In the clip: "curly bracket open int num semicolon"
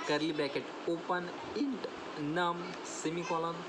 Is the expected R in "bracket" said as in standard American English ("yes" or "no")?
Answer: no